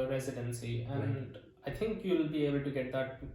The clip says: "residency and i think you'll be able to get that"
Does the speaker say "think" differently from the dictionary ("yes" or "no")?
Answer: yes